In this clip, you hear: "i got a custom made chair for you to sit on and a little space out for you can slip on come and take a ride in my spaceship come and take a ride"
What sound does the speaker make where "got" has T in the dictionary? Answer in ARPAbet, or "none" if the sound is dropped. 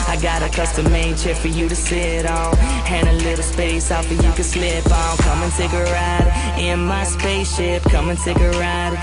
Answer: T